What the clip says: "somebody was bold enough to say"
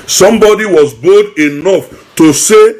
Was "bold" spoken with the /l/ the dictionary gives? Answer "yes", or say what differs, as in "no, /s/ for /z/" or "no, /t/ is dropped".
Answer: no, /l/ is dropped